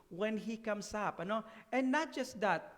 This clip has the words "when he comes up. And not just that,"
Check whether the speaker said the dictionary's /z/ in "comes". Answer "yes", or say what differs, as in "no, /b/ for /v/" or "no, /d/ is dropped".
no, /s/ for /z/